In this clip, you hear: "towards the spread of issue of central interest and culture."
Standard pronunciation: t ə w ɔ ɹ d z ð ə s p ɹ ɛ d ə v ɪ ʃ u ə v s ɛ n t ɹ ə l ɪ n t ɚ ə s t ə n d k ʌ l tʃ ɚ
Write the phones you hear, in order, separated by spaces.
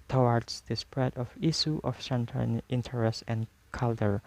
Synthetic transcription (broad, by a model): t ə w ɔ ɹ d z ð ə s p ɹ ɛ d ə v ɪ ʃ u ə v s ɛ n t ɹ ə n ɪ n t ɚ ə s t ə n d k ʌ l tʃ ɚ